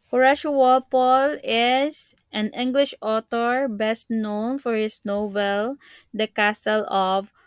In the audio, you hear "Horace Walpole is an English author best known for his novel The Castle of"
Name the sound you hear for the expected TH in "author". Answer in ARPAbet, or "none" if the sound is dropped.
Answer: T